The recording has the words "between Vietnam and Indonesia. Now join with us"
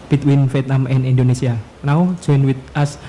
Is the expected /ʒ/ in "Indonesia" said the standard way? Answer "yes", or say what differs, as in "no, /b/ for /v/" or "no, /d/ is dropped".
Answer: no, /s/ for /ʒ/